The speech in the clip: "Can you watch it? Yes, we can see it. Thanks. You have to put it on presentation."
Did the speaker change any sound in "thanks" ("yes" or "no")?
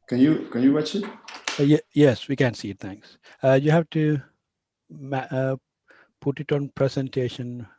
yes